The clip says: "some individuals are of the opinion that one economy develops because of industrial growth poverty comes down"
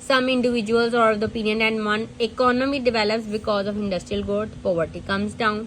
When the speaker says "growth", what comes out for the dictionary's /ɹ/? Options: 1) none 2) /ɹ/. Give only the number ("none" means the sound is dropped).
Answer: 1